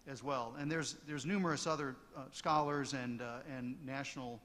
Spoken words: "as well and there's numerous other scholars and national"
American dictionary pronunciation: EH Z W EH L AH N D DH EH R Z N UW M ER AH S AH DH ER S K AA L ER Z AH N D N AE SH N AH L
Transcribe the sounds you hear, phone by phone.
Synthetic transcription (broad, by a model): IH Z W EH L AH N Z DH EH R Z N UW M ER AH S AH DH ER S K AA L ER Z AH N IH N AE SH N L